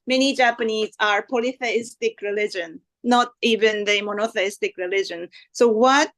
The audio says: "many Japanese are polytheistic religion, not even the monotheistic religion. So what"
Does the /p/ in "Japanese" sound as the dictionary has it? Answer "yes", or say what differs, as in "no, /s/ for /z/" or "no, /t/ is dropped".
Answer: yes